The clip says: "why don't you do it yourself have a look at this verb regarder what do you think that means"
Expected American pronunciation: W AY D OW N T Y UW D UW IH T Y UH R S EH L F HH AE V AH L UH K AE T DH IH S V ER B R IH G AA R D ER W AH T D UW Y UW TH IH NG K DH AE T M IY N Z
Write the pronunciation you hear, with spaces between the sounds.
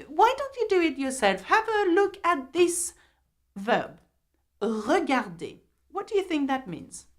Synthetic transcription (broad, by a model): W AY D OW N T Y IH D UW IH T Y UH R S EH L F HH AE V AH L UH K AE T DH IH S V ER B R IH G AA R D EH W AH T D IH Y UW TH IH NG K DH AE T M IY N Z